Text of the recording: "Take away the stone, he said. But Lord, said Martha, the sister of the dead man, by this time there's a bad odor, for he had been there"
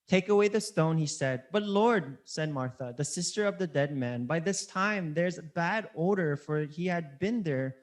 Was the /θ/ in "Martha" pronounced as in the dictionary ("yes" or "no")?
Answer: yes